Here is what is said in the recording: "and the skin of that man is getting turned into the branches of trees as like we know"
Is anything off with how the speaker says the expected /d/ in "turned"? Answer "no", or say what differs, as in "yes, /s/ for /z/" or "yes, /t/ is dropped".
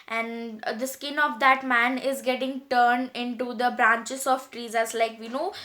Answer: no